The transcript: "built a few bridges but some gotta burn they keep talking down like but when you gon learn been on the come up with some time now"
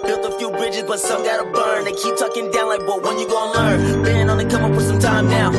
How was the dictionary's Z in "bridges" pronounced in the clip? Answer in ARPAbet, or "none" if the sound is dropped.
Z